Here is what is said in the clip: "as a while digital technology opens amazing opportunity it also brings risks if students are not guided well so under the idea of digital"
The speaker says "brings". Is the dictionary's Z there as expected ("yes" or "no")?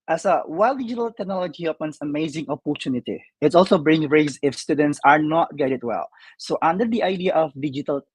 no